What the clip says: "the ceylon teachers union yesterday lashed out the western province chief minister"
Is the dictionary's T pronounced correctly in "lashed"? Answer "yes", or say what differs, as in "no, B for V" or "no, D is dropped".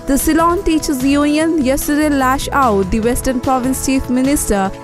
no, T is dropped